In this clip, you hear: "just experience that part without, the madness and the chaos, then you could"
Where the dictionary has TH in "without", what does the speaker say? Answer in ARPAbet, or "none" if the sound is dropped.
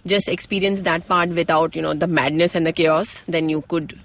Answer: T